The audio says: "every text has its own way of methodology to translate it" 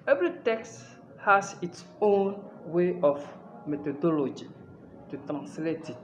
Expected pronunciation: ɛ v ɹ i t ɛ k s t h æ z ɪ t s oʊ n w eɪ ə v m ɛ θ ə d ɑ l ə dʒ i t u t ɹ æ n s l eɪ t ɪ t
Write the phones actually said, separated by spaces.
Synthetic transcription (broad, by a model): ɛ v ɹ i t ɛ k s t h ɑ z ɪ t s oʊ n w eɪ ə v m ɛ t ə d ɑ l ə dʒ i t u t ɹ æ n s l eɪ t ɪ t